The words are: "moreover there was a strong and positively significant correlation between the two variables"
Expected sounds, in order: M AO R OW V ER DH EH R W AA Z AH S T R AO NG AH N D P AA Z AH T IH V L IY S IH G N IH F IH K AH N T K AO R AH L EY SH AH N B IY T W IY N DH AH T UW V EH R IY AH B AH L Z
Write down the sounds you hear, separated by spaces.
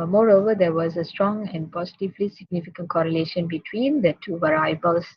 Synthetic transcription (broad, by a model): M AO R OW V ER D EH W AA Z AH S T R AO NG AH N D P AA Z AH T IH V L IY S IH G N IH F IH K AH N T K AO R AH L EY SH AH N B IY T W IY N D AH T UW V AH R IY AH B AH L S